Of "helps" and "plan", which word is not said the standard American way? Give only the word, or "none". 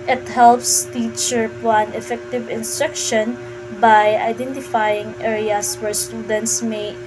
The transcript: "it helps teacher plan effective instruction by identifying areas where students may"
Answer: plan